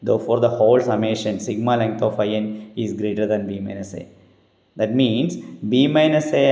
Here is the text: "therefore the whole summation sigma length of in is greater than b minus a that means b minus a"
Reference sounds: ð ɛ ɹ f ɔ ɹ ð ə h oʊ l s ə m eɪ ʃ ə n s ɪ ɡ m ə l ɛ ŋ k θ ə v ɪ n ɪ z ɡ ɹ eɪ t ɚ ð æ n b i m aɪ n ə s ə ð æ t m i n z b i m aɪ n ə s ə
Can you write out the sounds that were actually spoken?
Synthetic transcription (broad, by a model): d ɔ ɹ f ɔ ɹ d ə h oʊ l s ə m eɪ ʃ ə n s ɪ ɡ m ə l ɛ ŋ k t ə f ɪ n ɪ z ɡ ɹ eɪ t ɚ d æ n b i m aɪ n ə s ə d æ t m i n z b i m aɪ n ə s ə